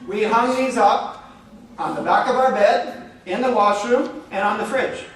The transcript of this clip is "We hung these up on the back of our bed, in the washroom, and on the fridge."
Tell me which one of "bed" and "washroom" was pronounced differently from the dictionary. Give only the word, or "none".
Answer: none